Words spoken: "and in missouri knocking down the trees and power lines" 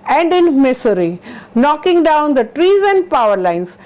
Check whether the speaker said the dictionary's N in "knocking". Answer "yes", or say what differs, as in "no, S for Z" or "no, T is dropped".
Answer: yes